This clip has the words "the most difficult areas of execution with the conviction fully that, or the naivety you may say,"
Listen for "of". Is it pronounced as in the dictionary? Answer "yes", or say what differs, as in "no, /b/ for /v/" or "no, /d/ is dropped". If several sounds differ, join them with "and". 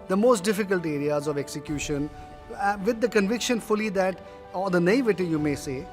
yes